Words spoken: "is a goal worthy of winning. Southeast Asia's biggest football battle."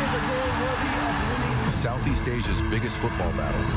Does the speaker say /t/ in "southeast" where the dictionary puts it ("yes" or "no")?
yes